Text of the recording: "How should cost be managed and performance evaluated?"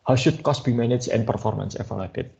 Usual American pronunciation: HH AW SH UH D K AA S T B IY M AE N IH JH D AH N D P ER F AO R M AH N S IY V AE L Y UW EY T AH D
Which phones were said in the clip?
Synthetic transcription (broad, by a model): HH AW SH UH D K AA S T B IY M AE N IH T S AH N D P ER F AO R M AH N S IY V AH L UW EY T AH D